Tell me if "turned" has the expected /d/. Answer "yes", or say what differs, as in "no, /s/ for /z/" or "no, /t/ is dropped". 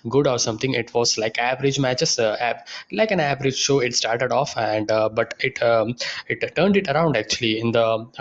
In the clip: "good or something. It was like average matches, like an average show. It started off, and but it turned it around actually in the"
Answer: yes